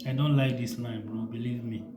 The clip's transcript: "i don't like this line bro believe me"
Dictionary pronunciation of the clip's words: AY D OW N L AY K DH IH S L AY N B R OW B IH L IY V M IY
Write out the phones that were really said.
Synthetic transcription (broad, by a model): AY D OW N L AY K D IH S N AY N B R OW B IH L IY V M IY